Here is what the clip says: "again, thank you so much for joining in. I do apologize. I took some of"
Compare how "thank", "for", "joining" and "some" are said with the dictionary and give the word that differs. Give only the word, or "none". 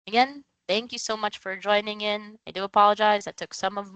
none